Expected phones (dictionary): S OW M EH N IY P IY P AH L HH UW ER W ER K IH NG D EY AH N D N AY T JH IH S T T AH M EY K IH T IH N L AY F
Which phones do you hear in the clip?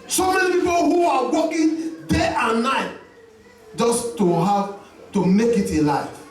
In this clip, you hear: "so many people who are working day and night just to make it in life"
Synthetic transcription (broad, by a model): S OW M EH N IY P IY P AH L HH UW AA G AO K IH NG D EY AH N N AY T JH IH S T T AH M EY K IH T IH L AY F